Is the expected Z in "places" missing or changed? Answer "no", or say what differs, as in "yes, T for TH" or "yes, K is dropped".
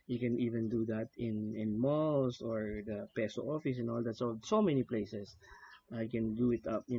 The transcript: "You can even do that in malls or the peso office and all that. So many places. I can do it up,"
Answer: yes, S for Z